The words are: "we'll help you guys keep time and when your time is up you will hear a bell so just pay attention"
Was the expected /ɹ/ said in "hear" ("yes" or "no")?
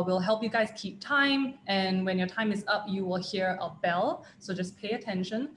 yes